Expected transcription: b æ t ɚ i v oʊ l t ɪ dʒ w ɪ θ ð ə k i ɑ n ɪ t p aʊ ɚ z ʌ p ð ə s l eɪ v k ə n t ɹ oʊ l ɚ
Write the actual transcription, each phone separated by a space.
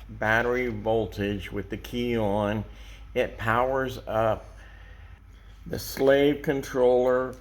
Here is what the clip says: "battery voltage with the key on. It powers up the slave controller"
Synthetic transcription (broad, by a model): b æ t ɚ i v oʊ l t ɪ dʒ w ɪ ð ə k i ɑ n ɪ t p aʊ ɚ z ʌ p ð ə s l eɪ v k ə n t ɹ oʊ l ɚ